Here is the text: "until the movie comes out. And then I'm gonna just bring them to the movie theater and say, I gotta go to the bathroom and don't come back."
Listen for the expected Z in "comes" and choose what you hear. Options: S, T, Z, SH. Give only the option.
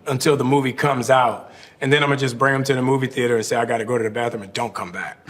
Z